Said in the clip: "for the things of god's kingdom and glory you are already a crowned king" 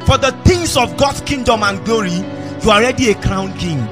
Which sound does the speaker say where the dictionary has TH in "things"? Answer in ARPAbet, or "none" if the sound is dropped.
T